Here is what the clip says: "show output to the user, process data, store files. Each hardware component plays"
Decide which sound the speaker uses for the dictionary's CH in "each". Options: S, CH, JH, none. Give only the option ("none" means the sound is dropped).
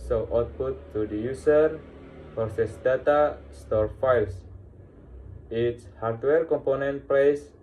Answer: S